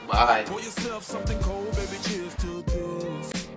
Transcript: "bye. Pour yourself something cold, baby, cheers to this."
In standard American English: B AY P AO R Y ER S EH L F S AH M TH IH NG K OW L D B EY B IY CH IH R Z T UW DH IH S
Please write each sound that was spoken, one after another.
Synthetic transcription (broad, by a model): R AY F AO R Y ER S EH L F S AH M TH IH NG K OW L D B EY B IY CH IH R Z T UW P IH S